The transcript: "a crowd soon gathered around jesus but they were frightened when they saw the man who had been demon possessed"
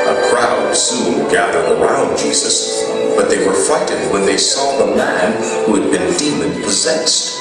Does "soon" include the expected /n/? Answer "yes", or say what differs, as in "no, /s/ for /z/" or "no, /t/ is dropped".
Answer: no, /l/ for /n/